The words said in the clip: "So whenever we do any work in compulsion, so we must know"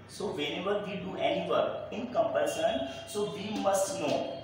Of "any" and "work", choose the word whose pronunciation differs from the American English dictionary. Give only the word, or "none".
work